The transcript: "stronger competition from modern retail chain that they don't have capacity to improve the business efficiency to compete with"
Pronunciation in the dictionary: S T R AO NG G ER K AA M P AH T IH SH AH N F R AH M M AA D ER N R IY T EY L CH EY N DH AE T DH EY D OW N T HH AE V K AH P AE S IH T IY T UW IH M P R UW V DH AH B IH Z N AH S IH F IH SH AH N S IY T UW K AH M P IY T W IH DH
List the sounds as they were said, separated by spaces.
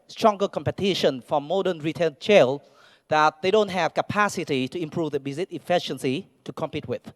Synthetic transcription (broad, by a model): S T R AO NG G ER K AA M P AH T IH SH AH N F R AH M M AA D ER N R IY T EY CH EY L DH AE T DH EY D OW N T HH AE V K AH P AE S IH T IY T UW IH M P R UW V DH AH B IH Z AH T IH F IH SH AH N S IY T UW K AH M P IY T W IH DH